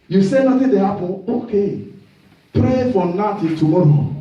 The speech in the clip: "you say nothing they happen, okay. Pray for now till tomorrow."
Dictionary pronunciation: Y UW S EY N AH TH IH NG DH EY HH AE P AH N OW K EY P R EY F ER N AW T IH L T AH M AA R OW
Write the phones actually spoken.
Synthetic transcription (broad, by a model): Y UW S EY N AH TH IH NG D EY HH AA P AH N OW K EY P R EY F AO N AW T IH N T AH M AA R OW